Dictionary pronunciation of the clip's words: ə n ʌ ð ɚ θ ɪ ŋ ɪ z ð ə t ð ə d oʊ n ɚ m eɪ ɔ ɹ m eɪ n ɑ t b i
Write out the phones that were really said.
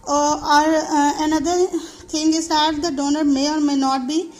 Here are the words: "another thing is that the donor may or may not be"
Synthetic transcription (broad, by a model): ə n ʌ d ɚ t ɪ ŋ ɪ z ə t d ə d oʊ n ɚ m eɪ ɔ ɹ m eɪ n ɑ t b i